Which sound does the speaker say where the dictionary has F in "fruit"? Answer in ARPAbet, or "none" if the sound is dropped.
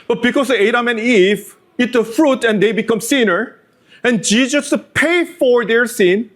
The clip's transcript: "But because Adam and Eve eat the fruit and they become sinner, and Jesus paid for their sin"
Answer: F